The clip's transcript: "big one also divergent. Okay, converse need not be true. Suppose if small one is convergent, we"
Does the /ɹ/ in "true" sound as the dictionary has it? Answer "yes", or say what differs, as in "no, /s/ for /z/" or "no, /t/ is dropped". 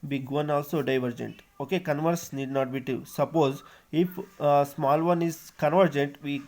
no, /ɹ/ is dropped